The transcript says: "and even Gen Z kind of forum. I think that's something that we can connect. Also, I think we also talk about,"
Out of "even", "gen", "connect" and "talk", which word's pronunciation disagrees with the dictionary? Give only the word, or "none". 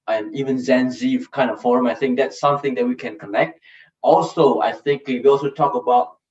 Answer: gen